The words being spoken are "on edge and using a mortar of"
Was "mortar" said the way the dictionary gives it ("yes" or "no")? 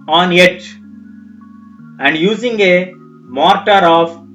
yes